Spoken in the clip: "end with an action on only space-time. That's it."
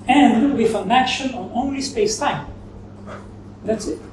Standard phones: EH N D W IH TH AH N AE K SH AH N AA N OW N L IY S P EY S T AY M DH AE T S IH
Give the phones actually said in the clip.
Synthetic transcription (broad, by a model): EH N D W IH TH AH N AE K SH AH N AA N OW N L IY S P EY S T AY M DH AE T S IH